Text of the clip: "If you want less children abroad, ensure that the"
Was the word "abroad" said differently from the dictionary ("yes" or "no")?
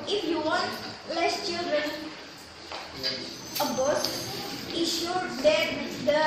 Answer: yes